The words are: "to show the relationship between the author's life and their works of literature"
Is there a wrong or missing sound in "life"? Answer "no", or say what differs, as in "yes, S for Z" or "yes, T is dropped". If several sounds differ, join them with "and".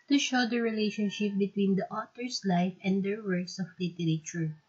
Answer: no